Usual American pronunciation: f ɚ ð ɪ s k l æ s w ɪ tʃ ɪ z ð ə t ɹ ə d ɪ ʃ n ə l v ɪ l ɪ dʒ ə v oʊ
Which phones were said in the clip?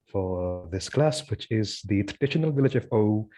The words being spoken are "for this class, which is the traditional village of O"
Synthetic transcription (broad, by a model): f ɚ ð ɪ s k l æ s w ɪ tʃ ɪ z ð ə t ɹ ə d ɪ ʃ n ə l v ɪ l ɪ dʒ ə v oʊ